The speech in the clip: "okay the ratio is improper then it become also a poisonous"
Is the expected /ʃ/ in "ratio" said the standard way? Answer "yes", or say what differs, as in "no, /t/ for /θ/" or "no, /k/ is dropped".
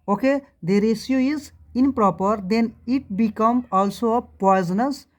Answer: no, /s/ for /ʃ/